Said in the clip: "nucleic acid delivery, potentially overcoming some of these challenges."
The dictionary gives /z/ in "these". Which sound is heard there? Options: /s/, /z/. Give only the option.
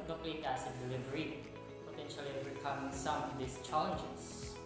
/s/